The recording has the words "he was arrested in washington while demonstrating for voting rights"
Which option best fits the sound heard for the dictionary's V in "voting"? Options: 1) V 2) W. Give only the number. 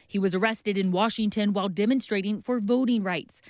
1